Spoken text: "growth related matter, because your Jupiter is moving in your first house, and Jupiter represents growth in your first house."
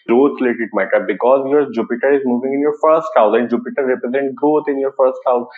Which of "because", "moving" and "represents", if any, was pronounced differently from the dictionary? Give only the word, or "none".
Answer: represents